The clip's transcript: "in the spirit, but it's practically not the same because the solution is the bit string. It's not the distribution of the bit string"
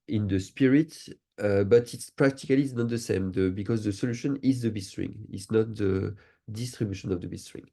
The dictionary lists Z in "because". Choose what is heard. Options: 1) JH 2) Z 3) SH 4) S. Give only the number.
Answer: 2